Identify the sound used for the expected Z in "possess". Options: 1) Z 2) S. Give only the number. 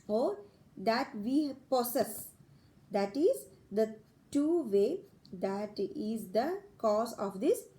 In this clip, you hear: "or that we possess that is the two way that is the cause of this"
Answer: 2